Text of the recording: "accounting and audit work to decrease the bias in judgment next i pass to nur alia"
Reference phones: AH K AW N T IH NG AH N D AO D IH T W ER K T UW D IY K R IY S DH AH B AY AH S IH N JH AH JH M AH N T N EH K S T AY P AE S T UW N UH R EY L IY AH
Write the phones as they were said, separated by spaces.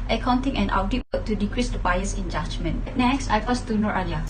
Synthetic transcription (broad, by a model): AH K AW N T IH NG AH N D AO D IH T W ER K T UW D IY K R IY S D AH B AY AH S IH N JH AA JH M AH N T N EH K S T AY F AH S T UW N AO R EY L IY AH